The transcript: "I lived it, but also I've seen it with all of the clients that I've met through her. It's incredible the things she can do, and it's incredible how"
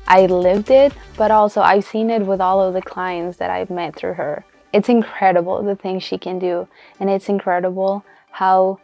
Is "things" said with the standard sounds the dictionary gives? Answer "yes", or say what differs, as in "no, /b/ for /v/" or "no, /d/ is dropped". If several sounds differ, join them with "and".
yes